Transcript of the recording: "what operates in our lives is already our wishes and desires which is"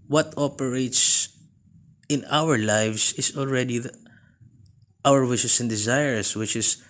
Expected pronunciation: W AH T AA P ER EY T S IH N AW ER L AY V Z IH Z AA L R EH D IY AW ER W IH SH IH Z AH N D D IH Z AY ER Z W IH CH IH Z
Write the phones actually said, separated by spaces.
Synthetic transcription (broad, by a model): W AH T AA P ER EY T S IH N AW ER L AY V S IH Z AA L R EH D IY AW ER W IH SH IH S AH N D D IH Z AY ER S W IH CH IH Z